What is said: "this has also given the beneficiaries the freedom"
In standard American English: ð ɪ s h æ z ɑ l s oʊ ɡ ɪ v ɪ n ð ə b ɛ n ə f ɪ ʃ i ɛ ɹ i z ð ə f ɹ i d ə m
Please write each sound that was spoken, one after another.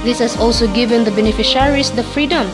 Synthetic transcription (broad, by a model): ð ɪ s h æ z ɑ l s oʊ ɡ ɪ v ɪ n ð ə b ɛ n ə f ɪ ʃ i ɹ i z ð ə f ɹ i d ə m